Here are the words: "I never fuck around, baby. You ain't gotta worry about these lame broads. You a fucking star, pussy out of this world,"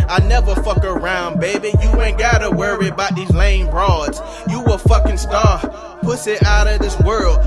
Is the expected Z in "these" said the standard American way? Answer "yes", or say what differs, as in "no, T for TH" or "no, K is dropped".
yes